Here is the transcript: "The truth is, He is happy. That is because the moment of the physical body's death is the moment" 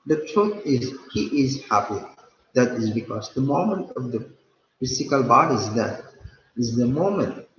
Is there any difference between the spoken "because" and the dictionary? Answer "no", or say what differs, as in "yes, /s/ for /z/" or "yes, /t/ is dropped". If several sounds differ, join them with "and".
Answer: no